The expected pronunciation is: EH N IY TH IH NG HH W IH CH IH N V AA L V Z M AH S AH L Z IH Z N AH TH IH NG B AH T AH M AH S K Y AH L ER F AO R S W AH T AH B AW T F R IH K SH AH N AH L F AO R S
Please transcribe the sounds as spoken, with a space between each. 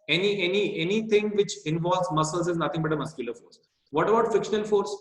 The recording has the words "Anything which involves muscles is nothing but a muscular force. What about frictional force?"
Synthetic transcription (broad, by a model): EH N IY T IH NG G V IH CH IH N V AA L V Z M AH S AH L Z IH Z N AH T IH NG B AH T AH M AH S K Y AH L ER F AO R S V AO T AH B AW T F IH K SH AH N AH L F AO R S